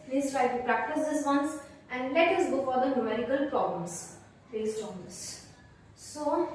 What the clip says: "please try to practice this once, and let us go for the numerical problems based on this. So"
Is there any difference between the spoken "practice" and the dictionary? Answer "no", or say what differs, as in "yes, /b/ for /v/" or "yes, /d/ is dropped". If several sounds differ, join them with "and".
no